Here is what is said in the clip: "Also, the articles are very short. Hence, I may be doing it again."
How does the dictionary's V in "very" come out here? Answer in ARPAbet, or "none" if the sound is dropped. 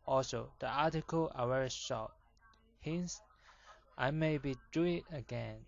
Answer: W